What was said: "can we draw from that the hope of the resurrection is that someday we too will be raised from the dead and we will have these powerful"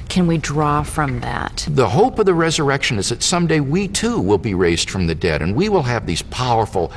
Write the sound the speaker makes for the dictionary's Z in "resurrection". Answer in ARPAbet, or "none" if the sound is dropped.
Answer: Z